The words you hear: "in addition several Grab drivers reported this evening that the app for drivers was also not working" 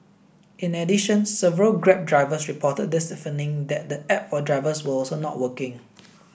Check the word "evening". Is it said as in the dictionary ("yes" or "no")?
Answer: no